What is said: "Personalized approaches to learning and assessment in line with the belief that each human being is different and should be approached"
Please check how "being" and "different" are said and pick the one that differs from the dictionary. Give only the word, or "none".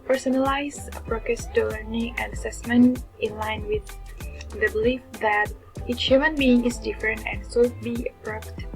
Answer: none